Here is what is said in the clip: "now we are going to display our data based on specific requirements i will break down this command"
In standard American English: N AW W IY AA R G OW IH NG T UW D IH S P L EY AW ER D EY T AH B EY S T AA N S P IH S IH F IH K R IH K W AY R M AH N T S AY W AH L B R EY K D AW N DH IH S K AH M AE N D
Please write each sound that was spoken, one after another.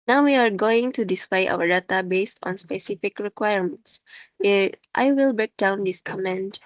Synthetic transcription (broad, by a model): N AW W IY AA R G OW IH NG T UW D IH S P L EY AW ER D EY T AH B EY S T AA N S P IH S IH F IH K R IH K W AY R M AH N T S AY W AH L B R EY K D AW N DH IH S K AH M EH N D